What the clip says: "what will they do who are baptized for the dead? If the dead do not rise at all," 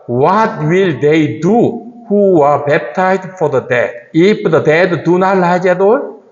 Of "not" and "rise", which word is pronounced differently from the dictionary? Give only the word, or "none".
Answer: rise